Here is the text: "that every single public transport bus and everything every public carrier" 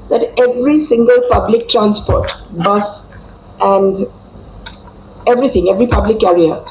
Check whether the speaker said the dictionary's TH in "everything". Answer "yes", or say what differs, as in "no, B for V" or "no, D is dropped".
no, T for TH